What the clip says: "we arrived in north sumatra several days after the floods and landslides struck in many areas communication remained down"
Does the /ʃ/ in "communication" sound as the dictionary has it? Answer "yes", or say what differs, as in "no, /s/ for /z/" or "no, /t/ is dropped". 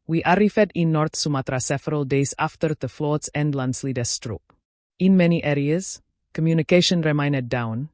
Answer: yes